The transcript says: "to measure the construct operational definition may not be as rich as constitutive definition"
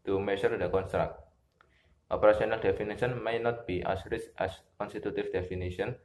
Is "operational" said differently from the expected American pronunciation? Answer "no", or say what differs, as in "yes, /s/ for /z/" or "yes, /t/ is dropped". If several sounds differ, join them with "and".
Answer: yes, /s/ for /ʃ/